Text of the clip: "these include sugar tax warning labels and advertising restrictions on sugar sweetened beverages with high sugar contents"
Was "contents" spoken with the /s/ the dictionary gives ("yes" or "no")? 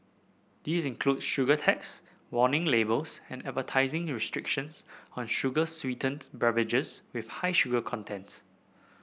no